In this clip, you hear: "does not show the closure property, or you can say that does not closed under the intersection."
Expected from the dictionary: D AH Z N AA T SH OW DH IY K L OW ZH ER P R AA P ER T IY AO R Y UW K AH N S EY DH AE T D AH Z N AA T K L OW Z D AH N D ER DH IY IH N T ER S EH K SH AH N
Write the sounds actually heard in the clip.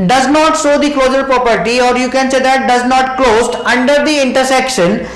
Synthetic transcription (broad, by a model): D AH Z N AA T S OW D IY K L OW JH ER P R AA P ER T IY AO R Y UW K AH N S EY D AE T D AH Z N AA T K L OW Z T AH N D ER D IY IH N T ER S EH K SH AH N